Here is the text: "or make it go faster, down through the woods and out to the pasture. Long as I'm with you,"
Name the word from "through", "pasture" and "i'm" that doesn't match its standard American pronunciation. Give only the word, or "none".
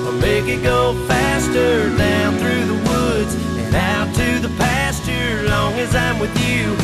none